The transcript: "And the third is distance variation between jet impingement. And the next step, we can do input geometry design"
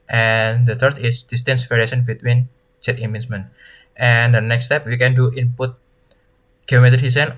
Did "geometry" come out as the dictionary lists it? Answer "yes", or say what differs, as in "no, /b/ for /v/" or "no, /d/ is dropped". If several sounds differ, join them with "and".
no, /ɹ/ is dropped